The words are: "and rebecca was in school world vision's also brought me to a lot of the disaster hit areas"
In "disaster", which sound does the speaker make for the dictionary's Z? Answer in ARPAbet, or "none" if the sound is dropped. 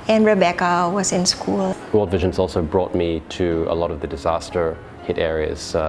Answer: Z